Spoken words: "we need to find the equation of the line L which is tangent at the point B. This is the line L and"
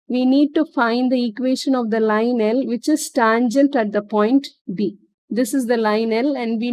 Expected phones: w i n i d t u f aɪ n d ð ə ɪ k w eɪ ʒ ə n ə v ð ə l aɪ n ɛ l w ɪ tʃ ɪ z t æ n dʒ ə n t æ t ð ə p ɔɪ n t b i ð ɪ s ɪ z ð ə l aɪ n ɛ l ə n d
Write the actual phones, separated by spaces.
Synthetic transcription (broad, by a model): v i n i d t u f aɪ n d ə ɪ k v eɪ ʃ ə n ə v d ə l aɪ n ɛ l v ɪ tʃ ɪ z t æ n dʒ ə n t æ t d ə p ɔɪ n t b i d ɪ s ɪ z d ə l aɪ n ɛ l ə n d